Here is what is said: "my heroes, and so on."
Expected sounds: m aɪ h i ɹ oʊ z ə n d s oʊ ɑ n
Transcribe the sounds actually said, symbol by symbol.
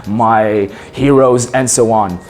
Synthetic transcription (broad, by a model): m aɪ h i ɹ oʊ z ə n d s oʊ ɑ n